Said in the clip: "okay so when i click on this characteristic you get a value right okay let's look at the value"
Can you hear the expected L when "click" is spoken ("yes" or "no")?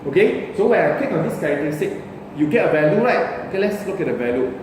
no